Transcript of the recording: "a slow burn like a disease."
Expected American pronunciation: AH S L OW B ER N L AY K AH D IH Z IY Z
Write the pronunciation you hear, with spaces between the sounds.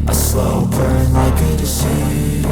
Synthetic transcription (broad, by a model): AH S L OW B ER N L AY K AH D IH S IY